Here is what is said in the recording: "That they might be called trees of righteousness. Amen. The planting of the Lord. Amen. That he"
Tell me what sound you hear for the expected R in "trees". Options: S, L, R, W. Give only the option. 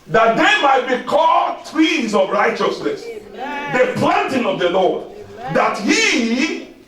W